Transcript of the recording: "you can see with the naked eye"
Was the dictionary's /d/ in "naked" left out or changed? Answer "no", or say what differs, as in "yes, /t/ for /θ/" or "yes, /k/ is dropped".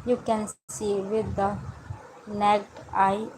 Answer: yes, /d/ is dropped